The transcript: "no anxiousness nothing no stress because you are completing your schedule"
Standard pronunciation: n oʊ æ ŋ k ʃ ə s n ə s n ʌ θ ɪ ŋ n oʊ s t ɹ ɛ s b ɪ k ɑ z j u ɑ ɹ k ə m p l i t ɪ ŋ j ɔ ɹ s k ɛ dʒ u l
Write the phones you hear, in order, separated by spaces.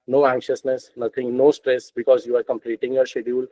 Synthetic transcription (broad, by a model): n oʊ æ ŋ k ʃ ə s n ə s n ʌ t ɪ ŋ n oʊ s t ɹ ɛ s b ɪ k ɑ z j u ɑ ɹ k ə m p l i t ɪ ŋ j ɔ ɹ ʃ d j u l